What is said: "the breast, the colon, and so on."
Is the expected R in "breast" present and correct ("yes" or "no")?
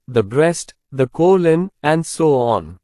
yes